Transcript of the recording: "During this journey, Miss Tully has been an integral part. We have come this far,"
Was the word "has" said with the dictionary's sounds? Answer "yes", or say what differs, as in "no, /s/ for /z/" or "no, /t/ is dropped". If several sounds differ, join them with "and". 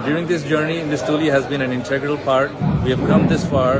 yes